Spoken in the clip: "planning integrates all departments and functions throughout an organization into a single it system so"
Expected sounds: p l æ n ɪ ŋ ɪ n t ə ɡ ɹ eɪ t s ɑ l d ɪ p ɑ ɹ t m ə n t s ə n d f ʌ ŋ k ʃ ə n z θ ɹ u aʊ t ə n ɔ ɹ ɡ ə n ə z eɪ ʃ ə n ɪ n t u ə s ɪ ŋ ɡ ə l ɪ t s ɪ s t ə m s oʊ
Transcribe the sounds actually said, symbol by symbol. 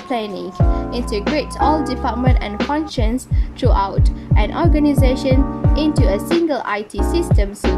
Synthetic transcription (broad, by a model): p l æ n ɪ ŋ ɪ n t ə ɡ ɹ eɪ t s ɑ l d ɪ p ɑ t m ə n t ə n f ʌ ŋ k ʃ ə n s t ɹ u aʊ t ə n ɔ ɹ ɡ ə n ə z eɪ ʃ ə n ɪ n t u ə s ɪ ŋ ɡ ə l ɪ t s ɪ s t ə m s